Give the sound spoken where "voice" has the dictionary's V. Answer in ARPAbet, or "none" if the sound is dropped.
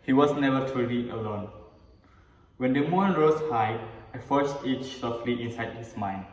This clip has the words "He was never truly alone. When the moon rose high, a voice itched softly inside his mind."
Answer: F